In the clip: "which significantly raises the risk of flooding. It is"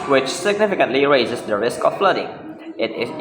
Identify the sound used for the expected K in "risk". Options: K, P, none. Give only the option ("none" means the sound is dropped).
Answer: K